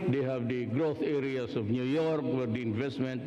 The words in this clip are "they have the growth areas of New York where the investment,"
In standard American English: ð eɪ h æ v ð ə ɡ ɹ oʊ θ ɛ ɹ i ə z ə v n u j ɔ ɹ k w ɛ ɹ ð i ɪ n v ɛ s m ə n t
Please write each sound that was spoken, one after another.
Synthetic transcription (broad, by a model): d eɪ h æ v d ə ɡ ɹ oʊ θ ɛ ɹ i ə s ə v n u j ɔ ɹ k w ɛ ɹ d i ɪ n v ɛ s m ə n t